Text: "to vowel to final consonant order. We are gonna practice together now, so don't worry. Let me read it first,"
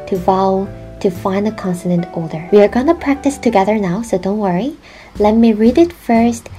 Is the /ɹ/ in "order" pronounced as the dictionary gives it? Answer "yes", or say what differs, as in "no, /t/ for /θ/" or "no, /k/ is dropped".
no, /l/ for /ɹ/